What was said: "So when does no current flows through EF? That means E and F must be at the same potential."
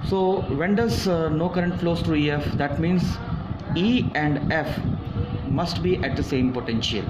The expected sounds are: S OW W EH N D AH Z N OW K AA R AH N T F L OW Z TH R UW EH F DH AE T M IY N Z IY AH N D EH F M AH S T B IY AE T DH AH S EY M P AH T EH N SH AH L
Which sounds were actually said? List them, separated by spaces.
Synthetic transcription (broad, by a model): S OW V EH N D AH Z N OW K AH R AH N T F L OW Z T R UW EH F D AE T M IY N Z IY AH N D EH F M AH S T B IY AE T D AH S EY M P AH T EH N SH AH L